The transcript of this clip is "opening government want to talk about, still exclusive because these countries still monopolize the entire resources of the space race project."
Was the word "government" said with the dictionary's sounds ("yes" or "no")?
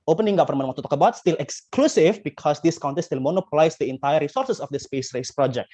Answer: no